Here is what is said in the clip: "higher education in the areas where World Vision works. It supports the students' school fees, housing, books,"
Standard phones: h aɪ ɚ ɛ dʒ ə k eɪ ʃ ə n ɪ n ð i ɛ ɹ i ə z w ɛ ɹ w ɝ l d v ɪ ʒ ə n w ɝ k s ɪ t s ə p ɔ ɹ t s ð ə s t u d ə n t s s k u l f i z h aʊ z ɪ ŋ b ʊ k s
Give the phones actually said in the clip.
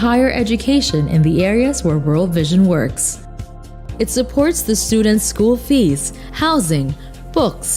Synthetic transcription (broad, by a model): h aɪ ɚ ɛ dʒ ə k eɪ ʃ ə n ɪ n ð i ɛ ɹ i ə z w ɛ ɹ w ɝ l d v ɪ ʒ ə n w ɝ k s ɪ t s ə p ɔ ɹ t s ð ə s t u d n t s s k u l f i z h aʊ z ɪ ŋ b ʊ k s